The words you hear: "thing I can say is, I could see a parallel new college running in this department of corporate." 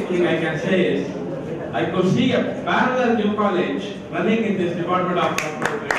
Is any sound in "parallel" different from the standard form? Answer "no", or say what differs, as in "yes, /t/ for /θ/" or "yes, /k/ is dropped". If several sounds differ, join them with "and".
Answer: yes, /b/ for /p/